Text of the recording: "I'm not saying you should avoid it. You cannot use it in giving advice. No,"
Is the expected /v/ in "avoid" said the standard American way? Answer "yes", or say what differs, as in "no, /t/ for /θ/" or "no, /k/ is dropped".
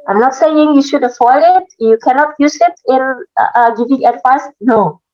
no, /f/ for /v/